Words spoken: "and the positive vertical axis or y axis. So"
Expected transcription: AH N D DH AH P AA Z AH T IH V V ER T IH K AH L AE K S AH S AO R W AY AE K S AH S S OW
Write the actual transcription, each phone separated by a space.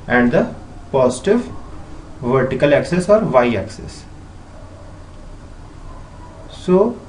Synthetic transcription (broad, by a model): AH N D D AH P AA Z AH T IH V V ER T IH K AH L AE K S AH S AO R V AY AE K S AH S S OW